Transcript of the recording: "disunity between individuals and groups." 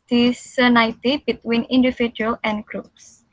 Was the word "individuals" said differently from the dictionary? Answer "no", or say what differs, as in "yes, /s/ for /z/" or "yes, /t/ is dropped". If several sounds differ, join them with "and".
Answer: yes, /z/ is dropped